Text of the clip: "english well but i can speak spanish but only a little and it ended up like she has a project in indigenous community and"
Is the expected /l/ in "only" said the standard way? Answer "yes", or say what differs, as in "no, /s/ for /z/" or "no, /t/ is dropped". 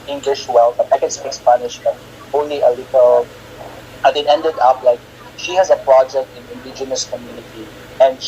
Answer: yes